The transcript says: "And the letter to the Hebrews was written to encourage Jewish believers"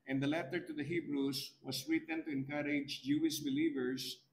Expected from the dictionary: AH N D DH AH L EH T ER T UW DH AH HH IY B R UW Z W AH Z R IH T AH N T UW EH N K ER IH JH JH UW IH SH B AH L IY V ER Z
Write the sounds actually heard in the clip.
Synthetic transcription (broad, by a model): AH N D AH L EH T ER T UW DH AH HH IY B R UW S W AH S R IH T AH N T UW EH N K ER IH JH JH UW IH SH B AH L IY V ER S